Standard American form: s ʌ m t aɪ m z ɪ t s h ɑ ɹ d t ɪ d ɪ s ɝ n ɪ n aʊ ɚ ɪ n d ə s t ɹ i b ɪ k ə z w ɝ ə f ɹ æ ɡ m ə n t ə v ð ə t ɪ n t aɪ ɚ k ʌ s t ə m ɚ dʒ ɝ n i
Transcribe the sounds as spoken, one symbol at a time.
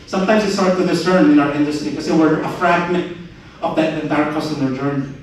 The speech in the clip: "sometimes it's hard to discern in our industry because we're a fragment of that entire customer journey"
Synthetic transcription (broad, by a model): s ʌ m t aɪ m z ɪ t s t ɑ ɹ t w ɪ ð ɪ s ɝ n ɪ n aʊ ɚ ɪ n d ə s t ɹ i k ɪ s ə w ɝ ə f ɹ æ ɡ m ə n t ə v ð ə t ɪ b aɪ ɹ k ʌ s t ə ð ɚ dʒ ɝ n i